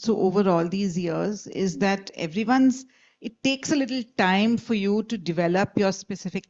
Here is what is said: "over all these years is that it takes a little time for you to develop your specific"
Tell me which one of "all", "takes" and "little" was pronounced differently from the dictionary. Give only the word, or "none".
none